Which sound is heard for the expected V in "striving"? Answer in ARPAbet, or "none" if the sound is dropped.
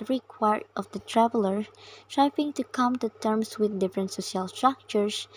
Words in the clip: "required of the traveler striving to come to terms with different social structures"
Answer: P